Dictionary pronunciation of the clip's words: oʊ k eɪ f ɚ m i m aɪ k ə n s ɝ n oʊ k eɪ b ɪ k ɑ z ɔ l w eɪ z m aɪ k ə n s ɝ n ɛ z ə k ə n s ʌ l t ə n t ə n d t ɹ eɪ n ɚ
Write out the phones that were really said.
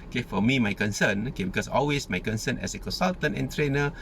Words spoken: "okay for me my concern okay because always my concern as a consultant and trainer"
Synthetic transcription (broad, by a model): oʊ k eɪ f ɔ m i m aɪ k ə n s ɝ n oʊ k eɪ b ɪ k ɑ s ɔ l w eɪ s m aɪ k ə n s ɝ n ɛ s ə k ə n s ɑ l t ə n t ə n t ɹ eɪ n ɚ